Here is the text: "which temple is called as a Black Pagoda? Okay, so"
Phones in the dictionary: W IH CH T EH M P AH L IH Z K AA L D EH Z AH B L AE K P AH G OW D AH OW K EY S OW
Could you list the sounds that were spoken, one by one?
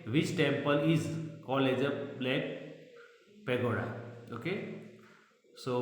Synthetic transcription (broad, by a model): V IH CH T EH M P AH L IH Z K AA L EH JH AH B L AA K P AH G OW D AH OW K EY S OW